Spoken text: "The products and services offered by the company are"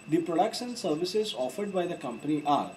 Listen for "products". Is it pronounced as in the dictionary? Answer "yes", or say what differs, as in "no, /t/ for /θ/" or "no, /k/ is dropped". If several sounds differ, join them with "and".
no, /ʃ/ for /s/